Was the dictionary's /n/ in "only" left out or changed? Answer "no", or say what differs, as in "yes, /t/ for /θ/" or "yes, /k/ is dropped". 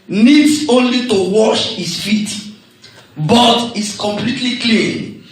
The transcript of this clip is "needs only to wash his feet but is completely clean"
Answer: no